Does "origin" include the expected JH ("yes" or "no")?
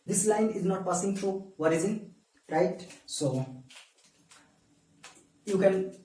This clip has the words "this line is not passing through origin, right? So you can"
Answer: no